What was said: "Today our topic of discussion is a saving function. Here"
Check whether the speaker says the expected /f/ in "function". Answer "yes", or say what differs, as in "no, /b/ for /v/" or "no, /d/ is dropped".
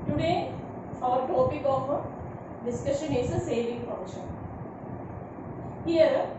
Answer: no, /p/ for /f/